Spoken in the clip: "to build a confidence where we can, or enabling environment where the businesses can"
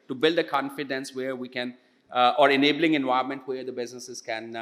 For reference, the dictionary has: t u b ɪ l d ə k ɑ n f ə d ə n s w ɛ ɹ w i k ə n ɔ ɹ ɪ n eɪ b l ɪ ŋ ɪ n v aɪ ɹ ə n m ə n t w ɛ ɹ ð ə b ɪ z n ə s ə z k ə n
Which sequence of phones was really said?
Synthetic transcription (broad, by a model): t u b ɪ l d ə k ɑ n f ə d ə n s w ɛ ɹ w i k ə n ɔ ɹ ɪ n eɪ b l ɪ ŋ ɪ n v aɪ ə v m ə n t w ɛ ɹ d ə b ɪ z n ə s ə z k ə n